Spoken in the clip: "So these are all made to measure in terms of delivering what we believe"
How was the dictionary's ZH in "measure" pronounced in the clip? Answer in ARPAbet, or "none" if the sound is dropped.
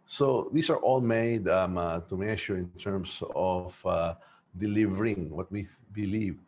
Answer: SH